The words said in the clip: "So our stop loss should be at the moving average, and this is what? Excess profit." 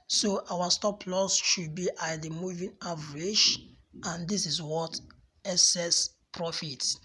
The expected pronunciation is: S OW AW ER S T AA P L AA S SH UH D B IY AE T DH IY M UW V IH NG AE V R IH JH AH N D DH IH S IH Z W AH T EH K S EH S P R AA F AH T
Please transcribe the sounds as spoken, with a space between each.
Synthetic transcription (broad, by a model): S OW AW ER S T AA P L AA S SH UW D B IY T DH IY M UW V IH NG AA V R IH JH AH N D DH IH S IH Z W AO T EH S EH S P R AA F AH T